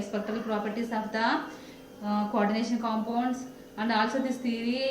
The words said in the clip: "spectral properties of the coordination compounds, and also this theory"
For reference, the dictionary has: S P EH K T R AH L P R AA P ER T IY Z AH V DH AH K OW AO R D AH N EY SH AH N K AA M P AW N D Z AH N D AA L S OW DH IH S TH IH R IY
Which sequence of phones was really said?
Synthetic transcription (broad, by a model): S P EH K T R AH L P R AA P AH T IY S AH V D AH K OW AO R D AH N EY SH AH N K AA M P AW N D S AH N D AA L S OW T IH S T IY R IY